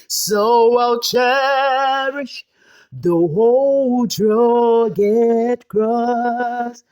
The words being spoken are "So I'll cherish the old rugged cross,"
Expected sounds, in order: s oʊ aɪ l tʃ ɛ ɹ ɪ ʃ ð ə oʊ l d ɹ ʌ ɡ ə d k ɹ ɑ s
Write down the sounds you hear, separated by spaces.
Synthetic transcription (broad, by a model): s oʊ aɪ l tʃ ɛ ɹ ɪ ʃ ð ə oʊ l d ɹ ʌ ɡ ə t k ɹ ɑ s